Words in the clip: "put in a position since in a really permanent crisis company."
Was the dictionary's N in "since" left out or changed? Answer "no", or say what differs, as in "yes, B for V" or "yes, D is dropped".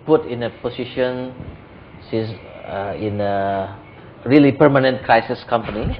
yes, N is dropped